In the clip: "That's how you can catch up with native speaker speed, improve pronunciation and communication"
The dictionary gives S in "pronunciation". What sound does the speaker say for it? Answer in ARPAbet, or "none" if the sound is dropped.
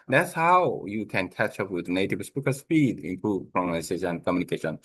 none